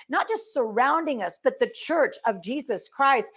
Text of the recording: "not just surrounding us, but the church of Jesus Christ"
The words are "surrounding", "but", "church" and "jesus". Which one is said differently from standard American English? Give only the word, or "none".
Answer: none